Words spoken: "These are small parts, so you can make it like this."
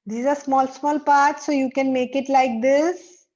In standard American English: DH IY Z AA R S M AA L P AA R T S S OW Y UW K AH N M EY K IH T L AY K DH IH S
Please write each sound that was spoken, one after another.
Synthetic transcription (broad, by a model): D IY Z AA L S M AA L P AA R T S S OW Y UW K AH N M EY K IH T L AY K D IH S